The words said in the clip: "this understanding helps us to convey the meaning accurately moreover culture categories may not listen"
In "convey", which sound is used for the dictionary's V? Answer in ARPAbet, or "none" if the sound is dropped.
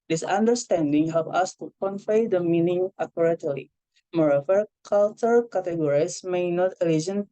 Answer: F